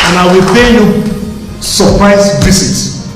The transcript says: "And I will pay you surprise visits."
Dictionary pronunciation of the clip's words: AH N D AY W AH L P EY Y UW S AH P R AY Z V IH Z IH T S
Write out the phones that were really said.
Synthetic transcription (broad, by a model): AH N AY W AH L P EY Y UW S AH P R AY S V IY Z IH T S